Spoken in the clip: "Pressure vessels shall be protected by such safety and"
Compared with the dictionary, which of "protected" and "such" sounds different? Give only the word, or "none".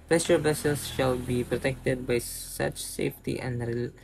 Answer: none